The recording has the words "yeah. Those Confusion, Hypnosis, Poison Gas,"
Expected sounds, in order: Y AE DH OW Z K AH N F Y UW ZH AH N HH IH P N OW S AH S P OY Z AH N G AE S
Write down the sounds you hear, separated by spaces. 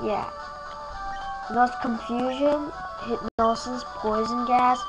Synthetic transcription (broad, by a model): Y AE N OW S K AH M F Y UW ZH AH N HH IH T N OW S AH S P OY Z AH N G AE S